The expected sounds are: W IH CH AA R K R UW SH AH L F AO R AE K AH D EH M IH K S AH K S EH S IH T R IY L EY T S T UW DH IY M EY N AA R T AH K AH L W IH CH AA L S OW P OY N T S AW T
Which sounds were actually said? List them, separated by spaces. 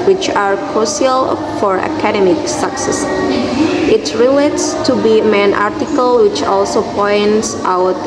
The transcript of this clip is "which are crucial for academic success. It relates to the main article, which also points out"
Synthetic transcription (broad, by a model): W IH CH AA R K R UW S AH L F AO R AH K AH D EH M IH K S AH K S EH S IH T R IY L EY T S T UW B IY M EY N AA R T AH K AH L W IH CH AA L S OW P OY N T S AW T